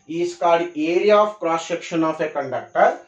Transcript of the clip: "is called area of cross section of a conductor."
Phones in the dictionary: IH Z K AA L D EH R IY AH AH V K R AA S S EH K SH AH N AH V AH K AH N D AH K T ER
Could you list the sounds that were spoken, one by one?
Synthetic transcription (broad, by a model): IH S K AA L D EH R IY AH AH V K R AA S SH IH K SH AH N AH F AH K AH N D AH K T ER